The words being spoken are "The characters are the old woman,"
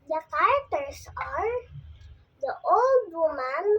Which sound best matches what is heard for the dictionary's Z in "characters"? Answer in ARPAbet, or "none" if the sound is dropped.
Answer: S